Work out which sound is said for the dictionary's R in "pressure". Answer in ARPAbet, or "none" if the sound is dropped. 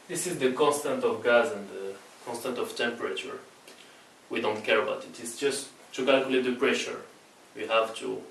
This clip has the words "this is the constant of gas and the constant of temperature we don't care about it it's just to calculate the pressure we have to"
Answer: R